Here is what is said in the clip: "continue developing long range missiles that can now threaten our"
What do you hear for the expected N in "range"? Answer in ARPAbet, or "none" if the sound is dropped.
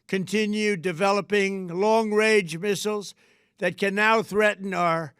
none